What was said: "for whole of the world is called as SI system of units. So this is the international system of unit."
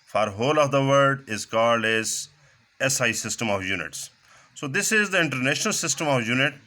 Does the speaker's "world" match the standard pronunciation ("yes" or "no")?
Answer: no